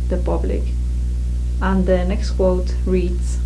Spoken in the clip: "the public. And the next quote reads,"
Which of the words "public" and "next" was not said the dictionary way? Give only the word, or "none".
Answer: none